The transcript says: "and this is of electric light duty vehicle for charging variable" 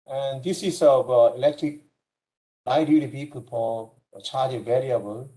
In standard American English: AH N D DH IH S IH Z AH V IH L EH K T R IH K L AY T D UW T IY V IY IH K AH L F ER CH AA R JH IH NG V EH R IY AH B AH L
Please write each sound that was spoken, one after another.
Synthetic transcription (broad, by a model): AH N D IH S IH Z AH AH IH L EH K T R IH K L AY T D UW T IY P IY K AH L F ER CH AA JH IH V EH R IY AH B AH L